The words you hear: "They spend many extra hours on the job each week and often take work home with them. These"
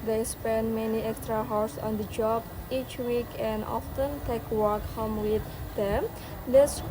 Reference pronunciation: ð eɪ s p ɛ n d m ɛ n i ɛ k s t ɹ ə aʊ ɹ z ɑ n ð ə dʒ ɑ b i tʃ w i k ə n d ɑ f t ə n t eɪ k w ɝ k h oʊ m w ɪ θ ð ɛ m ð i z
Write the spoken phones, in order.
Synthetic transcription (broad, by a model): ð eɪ s p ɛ n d m ɛ n i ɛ k s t ɹ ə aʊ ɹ s ɑ n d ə dʒ ɑ b i tʃ w i k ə n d ɑ f t ə n t eɪ k w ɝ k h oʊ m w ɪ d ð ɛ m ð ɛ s